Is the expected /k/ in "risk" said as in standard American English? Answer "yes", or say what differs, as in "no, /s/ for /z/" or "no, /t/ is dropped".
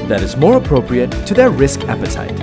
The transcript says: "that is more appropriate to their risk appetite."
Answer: yes